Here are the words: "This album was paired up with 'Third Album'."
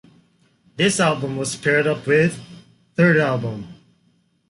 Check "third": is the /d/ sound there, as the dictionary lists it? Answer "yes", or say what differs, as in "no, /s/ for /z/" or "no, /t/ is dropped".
yes